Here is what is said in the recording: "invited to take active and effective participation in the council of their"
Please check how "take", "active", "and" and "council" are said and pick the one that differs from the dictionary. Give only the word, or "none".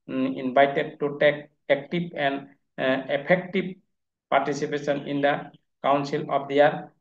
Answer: active